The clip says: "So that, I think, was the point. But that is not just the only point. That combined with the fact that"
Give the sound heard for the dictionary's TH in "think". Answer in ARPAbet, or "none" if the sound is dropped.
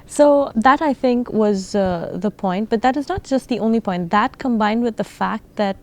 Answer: TH